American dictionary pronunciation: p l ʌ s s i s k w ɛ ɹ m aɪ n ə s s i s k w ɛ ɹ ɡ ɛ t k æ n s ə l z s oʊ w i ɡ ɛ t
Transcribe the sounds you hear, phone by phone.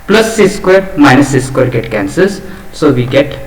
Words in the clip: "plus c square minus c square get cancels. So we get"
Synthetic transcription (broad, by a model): p l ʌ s s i s k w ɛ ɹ m aɪ n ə s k s k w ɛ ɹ ɡ ɛ t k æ n s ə z s oʊ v i ɡ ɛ t